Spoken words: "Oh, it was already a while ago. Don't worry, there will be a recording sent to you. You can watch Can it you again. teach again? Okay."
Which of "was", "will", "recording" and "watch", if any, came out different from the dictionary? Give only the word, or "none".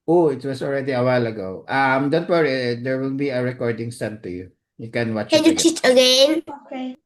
was